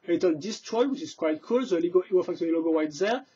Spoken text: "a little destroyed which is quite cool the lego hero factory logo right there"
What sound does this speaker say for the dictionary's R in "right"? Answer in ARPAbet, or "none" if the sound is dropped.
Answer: W